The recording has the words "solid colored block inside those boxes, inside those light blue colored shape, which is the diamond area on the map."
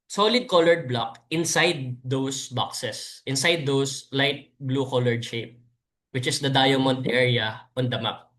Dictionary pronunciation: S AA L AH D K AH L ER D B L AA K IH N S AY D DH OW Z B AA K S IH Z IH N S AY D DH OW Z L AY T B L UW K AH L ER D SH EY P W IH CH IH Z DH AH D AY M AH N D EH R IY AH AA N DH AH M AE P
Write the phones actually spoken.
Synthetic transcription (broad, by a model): S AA L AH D K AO L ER D B L AA K IH N S AY D OW S B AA K S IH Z IH N S AY D OW S L AY T B L UW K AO L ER D SH EY P W IH CH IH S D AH D AY M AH N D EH R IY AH AA N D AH M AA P